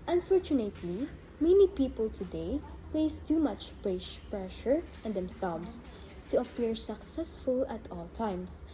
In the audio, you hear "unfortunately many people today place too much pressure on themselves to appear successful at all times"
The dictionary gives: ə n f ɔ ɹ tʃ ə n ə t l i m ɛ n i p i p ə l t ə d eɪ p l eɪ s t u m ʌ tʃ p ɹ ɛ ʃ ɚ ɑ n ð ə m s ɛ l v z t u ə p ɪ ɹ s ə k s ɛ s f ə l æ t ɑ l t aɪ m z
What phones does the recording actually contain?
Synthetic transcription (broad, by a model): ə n f ɔ ɹ tʃ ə n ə t l i m ɛ n i p i p ə l t ə d eɪ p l eɪ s t u m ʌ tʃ p ɹ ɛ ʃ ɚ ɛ n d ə m s ɛ l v s t u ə p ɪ ɹ s ə k s ɛ s f ə l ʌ t ɑ l t aɪ m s